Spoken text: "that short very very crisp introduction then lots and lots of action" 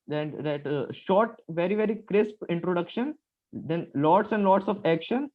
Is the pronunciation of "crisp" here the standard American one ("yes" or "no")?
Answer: yes